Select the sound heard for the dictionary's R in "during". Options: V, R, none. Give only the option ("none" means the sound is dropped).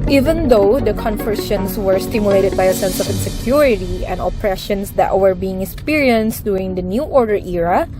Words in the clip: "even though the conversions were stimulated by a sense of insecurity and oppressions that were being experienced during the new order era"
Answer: none